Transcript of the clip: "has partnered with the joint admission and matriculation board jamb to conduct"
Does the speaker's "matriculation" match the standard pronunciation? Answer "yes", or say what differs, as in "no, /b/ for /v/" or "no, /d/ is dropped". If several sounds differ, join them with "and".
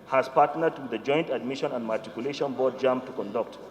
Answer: no, /ɹ/ is dropped